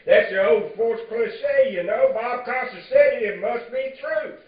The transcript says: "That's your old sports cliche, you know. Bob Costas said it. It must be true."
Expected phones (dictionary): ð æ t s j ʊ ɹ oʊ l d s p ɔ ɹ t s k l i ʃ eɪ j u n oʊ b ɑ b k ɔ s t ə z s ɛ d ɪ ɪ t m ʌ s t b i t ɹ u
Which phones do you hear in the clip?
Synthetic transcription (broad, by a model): ð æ t s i oʊ l d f ɔ ɹ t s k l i s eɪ j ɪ n oʊ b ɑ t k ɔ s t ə s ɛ ɪ ɪ t m ʌ s t b i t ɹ u